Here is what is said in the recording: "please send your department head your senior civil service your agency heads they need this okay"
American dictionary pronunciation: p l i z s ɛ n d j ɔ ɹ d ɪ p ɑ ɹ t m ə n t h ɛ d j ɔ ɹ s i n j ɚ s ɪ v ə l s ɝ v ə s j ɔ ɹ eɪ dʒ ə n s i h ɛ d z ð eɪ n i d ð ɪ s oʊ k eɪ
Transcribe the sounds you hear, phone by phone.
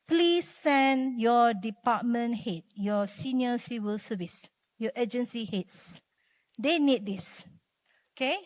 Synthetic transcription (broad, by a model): p l i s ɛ n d j ɔ d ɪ p ɑ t m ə n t h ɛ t j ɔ s i n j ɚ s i w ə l s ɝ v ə s j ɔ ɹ eɪ dʒ ə n s i h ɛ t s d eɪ n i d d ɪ s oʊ k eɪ